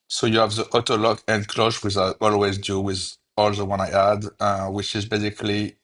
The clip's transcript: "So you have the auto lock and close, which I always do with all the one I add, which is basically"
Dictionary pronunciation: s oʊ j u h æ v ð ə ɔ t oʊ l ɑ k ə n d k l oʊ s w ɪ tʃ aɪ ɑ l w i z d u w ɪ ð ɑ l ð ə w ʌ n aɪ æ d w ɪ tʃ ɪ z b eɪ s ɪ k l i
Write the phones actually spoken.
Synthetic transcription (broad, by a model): s oʊ j u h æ v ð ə ɔ t oʊ l ɑ k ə n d k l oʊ ʃ w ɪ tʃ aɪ ɑ l w i z d u w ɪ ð ɑ l ð ə w ʌ n aɪ æ d w ɪ tʃ ɪ z b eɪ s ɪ k l i